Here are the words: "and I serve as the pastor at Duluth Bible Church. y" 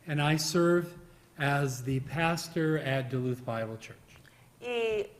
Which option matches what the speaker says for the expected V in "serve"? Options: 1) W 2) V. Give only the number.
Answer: 2